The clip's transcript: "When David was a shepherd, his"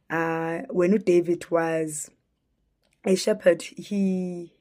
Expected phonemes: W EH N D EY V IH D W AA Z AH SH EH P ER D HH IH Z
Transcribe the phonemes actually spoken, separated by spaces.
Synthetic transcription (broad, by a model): W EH N D EY V IH D W AA Z AH SH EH P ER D HH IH